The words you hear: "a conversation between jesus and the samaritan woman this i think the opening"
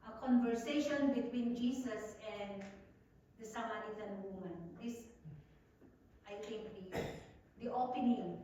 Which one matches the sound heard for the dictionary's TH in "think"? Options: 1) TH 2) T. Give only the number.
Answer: 2